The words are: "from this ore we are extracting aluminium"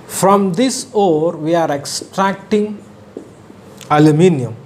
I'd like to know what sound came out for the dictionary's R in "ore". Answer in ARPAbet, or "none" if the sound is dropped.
R